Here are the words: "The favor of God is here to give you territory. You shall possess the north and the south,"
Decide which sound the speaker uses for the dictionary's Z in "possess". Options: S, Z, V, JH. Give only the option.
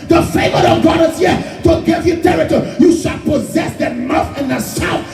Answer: Z